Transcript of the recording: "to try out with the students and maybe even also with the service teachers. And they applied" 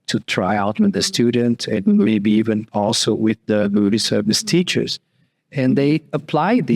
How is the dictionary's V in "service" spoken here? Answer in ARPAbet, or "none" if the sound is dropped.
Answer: V